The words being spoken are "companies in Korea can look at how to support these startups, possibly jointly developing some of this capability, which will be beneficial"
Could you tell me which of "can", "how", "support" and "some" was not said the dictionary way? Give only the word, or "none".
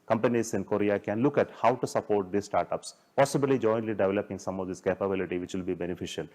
none